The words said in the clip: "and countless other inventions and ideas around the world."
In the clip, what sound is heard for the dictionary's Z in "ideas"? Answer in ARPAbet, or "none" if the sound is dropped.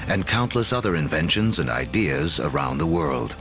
Z